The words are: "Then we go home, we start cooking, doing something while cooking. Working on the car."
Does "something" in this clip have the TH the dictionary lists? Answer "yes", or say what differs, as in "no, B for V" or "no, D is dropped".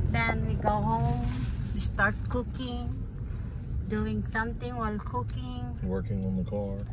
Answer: no, T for TH